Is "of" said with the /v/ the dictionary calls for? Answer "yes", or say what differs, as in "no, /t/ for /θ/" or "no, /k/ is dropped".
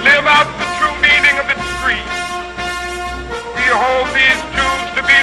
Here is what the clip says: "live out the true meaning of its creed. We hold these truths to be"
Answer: yes